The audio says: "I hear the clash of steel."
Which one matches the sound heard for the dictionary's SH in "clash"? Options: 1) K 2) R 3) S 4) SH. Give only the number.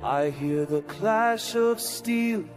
4